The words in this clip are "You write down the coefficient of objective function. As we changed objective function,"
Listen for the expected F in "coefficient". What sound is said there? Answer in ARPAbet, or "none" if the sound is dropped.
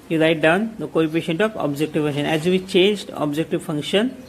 P